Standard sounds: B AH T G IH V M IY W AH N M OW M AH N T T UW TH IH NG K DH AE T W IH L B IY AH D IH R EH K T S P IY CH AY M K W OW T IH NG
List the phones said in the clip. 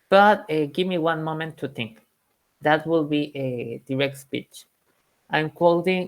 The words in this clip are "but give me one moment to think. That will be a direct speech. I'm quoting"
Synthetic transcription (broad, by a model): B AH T G IH V M IY W AH N M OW M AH N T T UW TH IH NG K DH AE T W IH L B IY AH D IH R EH K T S P IY CH AY M K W OW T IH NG